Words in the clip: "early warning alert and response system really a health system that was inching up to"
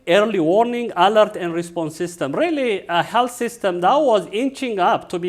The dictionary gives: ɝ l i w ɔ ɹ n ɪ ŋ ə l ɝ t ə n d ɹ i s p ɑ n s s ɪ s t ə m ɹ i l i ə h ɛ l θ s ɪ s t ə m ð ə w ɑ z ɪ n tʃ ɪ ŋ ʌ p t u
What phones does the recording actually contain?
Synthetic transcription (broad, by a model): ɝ l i w ɔ ɹ n ɪ ŋ ə l ɝ t ə n d ɹ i s p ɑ n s s ɪ s t ə m ɹ i l i ə h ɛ l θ s ɪ s t ə m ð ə w ɑ z ɪ n tʃ ɪ ŋ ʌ p t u